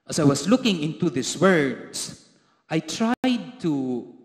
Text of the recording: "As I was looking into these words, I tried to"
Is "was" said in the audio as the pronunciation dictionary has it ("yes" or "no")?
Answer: no